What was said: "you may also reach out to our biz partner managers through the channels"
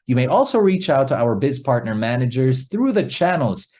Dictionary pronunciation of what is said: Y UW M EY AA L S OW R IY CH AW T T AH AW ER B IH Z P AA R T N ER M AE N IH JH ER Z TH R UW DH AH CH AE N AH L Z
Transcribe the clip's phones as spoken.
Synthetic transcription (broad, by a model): Y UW M EY AA L S OW R IY CH AW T T AH AW ER B IH Z P AA R T N ER M AE N IH JH ER Z TH R UW DH AH CH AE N L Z